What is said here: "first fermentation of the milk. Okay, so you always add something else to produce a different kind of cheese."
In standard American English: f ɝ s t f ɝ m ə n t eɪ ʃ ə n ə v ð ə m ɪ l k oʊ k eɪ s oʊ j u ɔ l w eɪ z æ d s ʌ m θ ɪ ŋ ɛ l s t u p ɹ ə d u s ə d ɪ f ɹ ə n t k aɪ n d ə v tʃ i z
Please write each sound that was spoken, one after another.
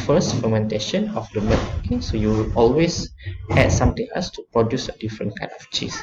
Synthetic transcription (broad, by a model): f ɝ s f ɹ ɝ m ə n t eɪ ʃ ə n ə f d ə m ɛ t oʊ k eɪ s oʊ j u ɔ l w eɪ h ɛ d s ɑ m t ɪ ŋ ɛ l s t u p ɹ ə d u s ə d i f ɹ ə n k aɪ n d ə f tʃ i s